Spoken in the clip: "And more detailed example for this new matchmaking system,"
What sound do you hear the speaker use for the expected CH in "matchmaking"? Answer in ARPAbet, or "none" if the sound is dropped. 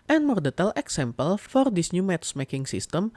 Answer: S